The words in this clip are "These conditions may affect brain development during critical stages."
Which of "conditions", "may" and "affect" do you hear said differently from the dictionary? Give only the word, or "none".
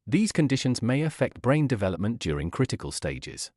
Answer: none